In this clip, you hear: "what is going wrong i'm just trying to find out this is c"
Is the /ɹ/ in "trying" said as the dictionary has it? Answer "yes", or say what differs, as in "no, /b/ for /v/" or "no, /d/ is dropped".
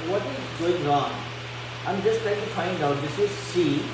no, /ɹ/ is dropped